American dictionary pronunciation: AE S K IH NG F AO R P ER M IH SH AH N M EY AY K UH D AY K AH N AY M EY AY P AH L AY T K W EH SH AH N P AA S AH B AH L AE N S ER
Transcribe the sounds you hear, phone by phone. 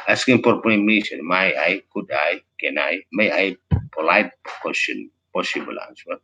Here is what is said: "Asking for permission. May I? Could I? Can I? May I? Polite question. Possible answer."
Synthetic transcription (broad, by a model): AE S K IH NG P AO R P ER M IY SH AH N M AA AY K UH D AY K AH N AY M EY AY P AH L AY T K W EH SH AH N P AA S AH B AH L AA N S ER